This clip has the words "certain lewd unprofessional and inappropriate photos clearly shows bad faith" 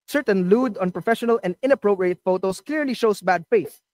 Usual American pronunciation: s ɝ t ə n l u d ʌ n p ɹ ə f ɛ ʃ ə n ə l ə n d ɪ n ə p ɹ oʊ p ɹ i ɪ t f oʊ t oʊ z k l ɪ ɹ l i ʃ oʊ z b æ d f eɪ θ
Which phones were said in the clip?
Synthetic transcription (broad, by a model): s ɝ t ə n l u d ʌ n p ɹ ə f ɛ ʃ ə n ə l ə n d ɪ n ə p ɹ oʊ p ɹ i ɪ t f oʊ t oʊ s k l ɪ ɹ l i ʃ oʊ s b æ d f eɪ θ